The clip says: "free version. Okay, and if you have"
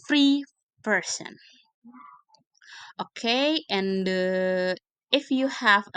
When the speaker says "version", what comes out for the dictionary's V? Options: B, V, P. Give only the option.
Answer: P